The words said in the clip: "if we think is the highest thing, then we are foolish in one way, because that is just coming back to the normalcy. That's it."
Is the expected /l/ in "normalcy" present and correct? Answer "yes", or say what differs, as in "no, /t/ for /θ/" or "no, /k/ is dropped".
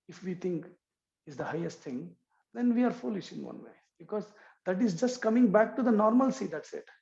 yes